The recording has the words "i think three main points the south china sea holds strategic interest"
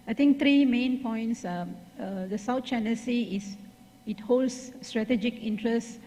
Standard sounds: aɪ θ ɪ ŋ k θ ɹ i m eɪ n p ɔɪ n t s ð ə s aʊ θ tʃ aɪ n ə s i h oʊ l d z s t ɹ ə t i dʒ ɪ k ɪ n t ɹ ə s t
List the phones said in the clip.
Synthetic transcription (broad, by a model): aɪ t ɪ ŋ k t ɹ i m eɪ n p ɔɪ n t s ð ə s aʊ t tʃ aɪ n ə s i h oʊ l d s t ɹ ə t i dʒ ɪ k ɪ n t ɹ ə s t